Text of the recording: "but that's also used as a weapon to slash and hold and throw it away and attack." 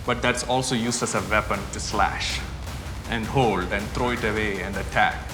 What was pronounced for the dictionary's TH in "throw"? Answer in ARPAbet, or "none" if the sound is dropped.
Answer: T